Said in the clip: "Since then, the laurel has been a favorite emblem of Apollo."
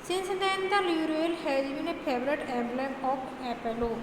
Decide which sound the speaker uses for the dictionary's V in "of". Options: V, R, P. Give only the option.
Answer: P